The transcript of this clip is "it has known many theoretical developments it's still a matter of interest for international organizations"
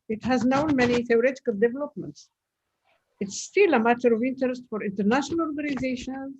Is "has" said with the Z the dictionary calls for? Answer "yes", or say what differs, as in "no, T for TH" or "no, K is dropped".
yes